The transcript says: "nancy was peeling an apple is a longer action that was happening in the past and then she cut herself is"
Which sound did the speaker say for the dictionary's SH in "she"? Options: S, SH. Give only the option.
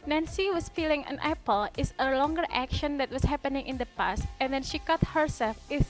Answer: SH